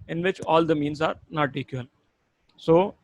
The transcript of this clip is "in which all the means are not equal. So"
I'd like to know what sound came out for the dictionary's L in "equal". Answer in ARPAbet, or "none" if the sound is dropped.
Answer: N